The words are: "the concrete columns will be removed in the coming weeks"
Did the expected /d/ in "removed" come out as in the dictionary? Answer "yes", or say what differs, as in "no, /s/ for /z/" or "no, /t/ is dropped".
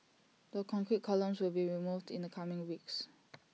yes